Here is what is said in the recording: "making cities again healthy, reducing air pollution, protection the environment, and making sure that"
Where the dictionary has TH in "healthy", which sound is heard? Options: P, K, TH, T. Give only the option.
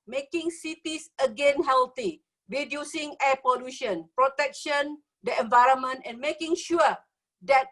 T